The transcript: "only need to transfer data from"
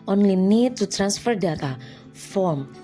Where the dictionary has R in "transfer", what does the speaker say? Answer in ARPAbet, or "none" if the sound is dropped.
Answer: R